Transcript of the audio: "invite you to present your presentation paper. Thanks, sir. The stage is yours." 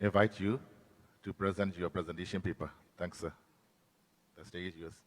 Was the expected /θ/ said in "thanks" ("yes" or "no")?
no